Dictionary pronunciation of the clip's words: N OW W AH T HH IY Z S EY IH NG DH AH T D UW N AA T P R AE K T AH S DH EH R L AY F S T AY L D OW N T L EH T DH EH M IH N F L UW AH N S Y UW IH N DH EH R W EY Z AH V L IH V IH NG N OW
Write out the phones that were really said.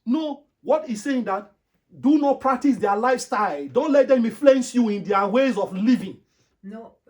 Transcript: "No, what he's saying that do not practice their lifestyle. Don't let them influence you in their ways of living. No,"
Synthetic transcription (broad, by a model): N OW W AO T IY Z S EY IH NG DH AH T D UW N AA T P R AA K T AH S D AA L AY F S T AY L D OW N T L EH T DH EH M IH F L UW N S Y UW IH N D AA W EY Z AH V L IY V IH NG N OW